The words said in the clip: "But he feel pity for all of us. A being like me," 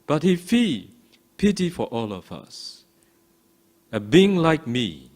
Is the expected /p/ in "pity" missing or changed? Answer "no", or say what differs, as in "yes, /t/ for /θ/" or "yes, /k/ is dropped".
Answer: no